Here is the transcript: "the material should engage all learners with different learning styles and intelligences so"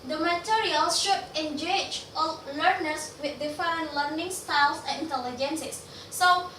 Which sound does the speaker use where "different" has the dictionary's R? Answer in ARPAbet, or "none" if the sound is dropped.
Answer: none